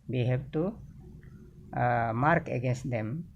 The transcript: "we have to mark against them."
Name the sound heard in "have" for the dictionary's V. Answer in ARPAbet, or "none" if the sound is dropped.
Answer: B